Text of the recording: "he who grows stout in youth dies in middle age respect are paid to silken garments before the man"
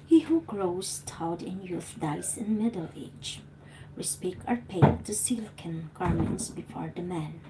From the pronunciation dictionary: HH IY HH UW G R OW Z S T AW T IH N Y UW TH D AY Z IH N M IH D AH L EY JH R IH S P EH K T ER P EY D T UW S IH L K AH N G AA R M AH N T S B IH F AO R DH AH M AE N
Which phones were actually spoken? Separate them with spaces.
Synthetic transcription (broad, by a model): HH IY HH UW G R OW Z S T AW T IH N Y UW TH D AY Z IH N M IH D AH L EY JH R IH S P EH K ER P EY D T UW S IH L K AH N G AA R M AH N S B IH F AO R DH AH M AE N